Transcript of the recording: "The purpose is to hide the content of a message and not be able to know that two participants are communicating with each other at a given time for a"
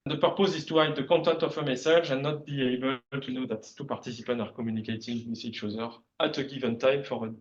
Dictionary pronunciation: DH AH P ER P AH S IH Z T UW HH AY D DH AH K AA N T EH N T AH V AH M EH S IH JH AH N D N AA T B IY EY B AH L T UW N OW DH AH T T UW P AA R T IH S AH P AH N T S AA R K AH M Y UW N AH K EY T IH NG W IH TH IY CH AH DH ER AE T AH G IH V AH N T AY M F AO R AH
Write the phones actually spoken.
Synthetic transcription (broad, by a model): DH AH P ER P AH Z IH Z T UW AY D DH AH K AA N T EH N T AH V AH M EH S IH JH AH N N AA T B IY EY B AH L T UW N OW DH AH T T UW P AA R T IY S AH P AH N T AA R K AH M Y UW N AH K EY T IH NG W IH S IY SH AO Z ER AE T AH G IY V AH N T AY M F AO R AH